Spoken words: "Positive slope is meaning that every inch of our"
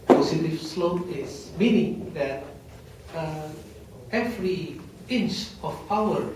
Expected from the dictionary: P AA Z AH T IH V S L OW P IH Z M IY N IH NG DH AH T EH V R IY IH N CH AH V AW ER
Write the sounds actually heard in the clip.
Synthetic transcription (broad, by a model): P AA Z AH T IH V S L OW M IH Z M IY N IH NG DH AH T EH V R IY IH N CH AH P AW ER